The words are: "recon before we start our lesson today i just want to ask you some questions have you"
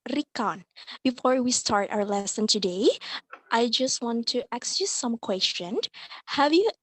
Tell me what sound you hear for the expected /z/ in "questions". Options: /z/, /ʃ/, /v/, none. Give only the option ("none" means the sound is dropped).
none